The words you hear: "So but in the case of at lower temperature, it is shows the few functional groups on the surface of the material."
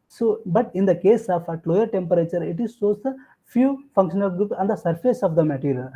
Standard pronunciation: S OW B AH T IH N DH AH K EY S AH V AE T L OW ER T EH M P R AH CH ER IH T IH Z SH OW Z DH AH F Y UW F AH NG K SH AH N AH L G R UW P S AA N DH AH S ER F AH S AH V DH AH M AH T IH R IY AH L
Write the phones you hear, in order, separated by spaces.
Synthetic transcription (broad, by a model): S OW B AH T IH N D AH K EY S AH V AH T L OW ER T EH M P R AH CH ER IH T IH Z S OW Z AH F Y UW F AH NG K SH AH N AH L G R UW P S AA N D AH S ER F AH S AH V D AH M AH T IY R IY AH L